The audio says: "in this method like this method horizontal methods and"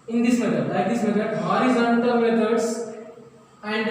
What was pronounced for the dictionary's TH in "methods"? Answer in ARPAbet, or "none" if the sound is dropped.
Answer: T